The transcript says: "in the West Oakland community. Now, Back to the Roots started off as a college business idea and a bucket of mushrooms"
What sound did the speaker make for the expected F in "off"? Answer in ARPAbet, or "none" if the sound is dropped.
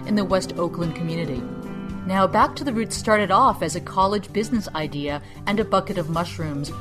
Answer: F